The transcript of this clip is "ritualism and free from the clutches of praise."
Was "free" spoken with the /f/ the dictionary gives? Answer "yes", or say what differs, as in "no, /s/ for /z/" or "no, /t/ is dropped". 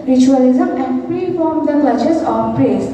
no, /p/ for /f/